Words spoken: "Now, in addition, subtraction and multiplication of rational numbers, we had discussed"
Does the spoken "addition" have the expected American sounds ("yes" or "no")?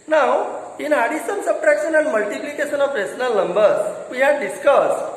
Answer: no